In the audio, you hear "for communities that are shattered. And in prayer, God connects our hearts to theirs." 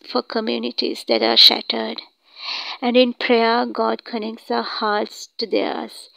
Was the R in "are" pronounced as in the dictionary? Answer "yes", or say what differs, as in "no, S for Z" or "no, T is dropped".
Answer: yes